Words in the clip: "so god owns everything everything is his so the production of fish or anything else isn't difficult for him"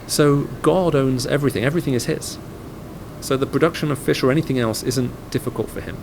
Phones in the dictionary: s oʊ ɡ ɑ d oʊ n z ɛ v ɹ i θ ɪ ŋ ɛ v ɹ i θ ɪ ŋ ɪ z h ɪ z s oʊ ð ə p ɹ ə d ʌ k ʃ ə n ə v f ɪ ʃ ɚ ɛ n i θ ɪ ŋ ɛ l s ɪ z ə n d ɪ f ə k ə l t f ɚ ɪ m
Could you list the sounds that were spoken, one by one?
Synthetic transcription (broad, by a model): s oʊ ɡ ɑ d oʊ n z ɛ v ɹ i θ ɪ ŋ ɛ v ɹ i θ ɪ ŋ ɪ z h ɪ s s oʊ ð ə p ɹ ə d ʌ k ʃ ə n ə v f ɪ ʃ ɚ ɛ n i θ ɪ ŋ ɛ l s ɪ z ə n d ɪ f ə k ə l t f ɚ ɪ m